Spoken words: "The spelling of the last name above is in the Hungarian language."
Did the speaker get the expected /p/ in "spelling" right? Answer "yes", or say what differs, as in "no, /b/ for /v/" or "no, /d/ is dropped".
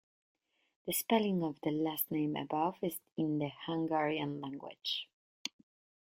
yes